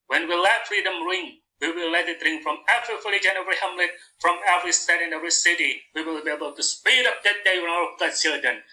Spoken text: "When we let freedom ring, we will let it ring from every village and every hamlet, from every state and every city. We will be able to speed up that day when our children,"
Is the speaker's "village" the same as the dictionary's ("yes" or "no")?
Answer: no